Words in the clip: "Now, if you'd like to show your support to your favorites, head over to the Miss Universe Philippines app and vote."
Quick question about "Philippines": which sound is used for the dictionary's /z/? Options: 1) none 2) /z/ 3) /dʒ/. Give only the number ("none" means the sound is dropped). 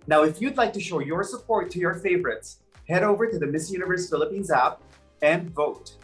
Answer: 2